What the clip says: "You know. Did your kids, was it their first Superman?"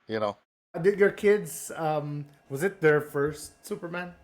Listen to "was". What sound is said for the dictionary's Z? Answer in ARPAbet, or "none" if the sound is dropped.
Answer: Z